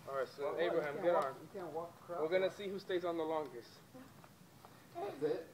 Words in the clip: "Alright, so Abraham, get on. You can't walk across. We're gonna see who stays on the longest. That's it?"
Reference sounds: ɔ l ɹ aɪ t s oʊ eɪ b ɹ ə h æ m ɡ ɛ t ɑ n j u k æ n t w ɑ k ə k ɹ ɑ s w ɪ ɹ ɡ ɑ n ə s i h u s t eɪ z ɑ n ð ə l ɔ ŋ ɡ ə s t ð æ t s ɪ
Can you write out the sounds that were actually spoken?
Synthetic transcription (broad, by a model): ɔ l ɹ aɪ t s oʊ eɪ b ɹ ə h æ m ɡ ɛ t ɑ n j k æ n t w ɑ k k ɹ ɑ w ɪ ɹ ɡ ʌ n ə s i h u s t eɪ z n ð ə l ɔ ŋ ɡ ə s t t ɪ